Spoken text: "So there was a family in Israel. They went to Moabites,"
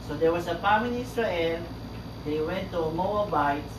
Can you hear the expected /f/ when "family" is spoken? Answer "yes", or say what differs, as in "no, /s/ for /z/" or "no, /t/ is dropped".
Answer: no, /p/ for /f/